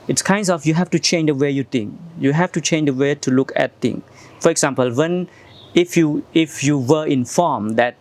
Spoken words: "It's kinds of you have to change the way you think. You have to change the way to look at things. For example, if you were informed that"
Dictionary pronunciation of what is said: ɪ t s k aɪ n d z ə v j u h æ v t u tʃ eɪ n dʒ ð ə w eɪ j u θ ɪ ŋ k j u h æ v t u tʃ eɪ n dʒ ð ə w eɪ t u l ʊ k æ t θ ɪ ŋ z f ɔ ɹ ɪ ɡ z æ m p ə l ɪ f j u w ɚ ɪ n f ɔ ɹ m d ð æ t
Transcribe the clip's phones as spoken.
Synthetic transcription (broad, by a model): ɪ t s k aɪ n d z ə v j u h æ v t u tʃ eɪ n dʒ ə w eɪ j u t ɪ ŋ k j u h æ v t u tʃ eɪ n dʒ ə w eɪ t u l ʊ k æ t t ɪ ŋ f ɔ ɹ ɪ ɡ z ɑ m p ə l ɪ f j u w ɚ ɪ n f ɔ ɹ m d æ t